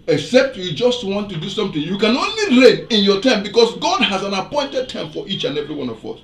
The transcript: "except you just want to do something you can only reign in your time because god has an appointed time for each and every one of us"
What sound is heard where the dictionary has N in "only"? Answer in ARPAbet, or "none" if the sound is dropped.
N